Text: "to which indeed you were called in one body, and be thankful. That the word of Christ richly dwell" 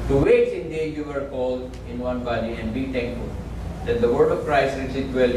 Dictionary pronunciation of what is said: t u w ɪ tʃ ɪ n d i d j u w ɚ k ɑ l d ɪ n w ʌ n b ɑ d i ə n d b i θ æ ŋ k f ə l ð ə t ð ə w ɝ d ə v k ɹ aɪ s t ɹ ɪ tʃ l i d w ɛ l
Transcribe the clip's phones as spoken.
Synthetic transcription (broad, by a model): t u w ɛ s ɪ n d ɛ j u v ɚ k ɑ l d ɪ n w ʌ n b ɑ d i ə n d b i t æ ŋ k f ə l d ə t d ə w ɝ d ə v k ɹ aɪ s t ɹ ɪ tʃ i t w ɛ l